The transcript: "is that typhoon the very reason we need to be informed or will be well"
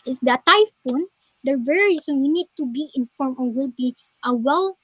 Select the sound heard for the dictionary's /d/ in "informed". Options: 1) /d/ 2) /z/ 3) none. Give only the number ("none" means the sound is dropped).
3